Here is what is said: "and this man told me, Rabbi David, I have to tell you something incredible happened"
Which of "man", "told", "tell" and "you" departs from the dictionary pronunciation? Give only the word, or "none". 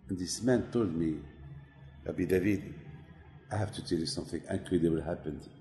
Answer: none